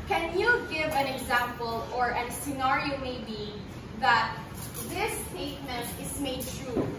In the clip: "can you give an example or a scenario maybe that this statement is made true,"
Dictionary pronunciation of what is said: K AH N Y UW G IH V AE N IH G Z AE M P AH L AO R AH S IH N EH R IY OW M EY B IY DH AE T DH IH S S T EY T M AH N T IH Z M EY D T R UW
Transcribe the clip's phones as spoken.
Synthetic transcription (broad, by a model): K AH N Y UW G IH V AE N IH G Z AE M P AH L AO R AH S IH N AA R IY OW M EY B IY DH AE T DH IH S S T EY T M AH N T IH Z M EY D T R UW